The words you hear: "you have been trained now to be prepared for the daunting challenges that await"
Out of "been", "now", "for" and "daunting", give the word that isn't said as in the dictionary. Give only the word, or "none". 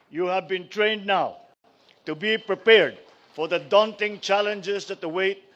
none